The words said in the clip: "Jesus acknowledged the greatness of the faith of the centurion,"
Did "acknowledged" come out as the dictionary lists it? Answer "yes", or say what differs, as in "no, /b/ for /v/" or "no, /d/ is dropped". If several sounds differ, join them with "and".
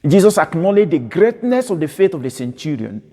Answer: yes